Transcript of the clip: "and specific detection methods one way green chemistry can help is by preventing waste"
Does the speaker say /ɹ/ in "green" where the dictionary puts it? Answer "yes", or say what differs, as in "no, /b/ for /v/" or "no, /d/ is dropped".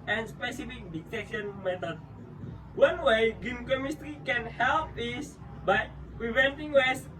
no, /ɹ/ is dropped